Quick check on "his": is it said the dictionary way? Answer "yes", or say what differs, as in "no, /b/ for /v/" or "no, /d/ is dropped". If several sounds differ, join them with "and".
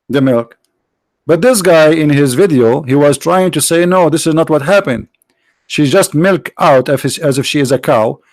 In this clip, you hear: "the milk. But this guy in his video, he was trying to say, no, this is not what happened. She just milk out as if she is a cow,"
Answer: yes